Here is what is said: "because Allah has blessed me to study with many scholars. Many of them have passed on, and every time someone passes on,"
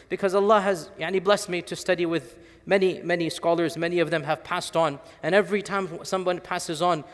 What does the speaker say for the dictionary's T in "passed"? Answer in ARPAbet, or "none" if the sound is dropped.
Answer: T